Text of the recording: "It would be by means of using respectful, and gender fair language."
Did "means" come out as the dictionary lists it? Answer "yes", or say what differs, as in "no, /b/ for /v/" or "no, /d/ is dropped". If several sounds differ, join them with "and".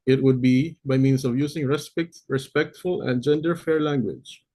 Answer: no, /s/ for /z/